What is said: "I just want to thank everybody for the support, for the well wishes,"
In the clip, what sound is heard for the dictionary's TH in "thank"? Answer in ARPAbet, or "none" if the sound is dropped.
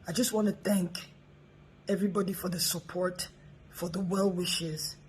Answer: TH